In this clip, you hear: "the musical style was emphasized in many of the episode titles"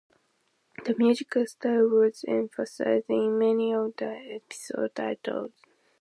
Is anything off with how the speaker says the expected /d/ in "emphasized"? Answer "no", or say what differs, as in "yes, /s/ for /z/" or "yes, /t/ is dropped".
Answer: yes, /d/ is dropped